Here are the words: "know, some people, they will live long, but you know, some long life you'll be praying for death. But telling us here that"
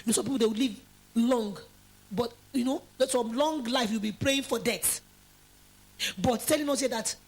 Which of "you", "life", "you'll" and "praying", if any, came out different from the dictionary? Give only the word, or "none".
you'll